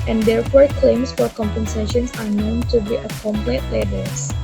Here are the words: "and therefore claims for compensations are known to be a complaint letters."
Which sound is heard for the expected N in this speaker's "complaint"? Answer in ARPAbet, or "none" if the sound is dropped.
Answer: none